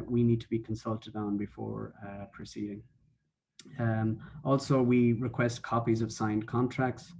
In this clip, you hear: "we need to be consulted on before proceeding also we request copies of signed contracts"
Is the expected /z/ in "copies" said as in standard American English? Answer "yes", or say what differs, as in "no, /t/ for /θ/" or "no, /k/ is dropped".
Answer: yes